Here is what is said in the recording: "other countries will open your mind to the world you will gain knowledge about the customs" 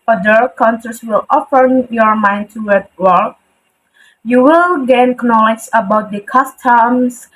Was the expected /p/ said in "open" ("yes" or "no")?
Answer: no